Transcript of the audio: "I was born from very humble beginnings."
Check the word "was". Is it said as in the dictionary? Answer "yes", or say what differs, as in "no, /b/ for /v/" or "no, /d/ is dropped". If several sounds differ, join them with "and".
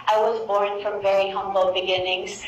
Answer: yes